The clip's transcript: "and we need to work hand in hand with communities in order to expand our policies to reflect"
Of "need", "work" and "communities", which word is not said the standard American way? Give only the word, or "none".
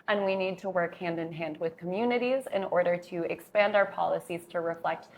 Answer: none